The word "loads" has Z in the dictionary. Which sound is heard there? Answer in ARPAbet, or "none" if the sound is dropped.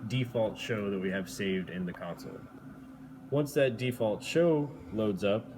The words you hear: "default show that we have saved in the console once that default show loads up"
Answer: Z